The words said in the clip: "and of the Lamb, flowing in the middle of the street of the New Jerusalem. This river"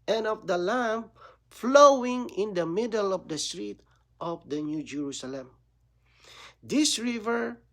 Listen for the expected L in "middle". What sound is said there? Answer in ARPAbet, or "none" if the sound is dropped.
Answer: L